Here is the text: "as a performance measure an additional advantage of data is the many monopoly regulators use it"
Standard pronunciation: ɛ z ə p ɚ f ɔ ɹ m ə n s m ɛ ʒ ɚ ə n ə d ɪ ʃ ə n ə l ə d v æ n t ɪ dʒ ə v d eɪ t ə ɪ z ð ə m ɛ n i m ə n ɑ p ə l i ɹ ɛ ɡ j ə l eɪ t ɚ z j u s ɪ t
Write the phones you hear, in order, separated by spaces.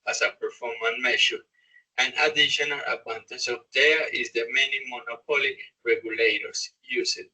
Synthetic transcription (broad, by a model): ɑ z ə p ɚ f ɔ ɹ m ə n m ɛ ʃ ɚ ə n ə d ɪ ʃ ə n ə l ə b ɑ n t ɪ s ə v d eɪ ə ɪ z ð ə m ɛ n i m ə n ɑ p ə l i ɹ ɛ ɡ j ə l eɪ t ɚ s j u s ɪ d